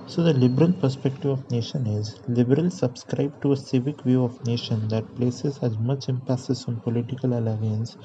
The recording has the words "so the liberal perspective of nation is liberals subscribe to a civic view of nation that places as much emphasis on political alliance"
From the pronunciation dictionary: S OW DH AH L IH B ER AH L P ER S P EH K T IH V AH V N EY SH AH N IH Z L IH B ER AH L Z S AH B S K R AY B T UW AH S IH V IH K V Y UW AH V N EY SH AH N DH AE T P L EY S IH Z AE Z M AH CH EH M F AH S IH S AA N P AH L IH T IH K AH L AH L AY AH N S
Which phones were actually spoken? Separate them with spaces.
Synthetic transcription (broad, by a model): S OW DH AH L IH B ER AH L P ER S P EH K T IH V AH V N EY SH AH N IH Z L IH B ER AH L S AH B S K R AY B T UW AH S IH V IH K V Y UW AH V N EY SH AH N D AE T P L EY S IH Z AE Z M AH CH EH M P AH S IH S AA N P AH L IH T IH K AH L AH L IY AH N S